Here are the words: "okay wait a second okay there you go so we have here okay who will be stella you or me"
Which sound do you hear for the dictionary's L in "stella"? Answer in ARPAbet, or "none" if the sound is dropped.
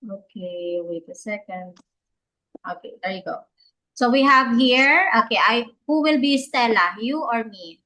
L